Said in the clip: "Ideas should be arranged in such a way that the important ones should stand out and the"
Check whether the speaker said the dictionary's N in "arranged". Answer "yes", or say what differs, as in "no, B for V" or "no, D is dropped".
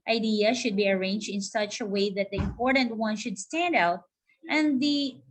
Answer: yes